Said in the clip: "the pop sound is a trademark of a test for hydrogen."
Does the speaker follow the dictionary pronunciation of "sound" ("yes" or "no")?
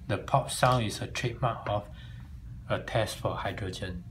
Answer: no